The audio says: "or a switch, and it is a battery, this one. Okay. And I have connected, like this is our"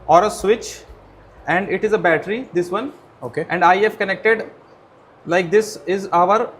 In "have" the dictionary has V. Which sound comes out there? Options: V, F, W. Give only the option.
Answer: F